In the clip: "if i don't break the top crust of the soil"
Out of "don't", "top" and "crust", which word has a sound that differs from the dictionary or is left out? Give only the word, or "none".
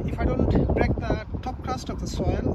crust